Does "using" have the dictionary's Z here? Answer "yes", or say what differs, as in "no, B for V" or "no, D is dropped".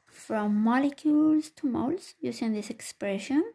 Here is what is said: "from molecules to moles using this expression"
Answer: no, S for Z